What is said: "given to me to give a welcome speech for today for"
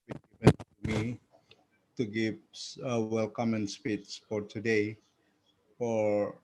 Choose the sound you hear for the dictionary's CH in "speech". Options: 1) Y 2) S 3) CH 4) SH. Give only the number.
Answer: 2